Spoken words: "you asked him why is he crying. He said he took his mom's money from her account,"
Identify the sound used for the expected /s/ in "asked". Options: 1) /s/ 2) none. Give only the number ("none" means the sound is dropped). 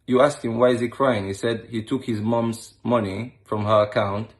1